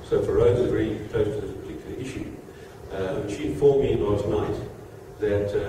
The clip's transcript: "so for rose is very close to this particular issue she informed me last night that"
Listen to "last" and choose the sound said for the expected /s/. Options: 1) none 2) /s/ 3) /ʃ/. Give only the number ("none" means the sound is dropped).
1